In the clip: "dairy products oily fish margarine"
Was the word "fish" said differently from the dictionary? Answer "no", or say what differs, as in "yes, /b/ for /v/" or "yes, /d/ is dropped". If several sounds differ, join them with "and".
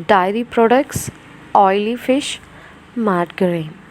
no